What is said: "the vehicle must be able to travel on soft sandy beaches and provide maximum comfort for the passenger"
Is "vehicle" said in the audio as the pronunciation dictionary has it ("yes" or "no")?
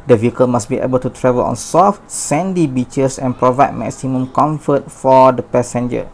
yes